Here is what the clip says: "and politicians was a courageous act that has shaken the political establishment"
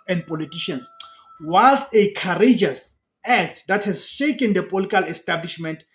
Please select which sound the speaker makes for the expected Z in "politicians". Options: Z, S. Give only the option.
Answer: S